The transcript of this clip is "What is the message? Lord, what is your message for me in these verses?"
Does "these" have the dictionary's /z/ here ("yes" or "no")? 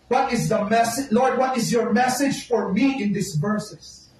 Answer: no